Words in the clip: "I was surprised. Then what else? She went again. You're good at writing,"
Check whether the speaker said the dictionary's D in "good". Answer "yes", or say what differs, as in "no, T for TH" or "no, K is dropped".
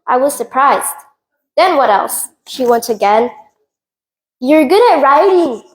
yes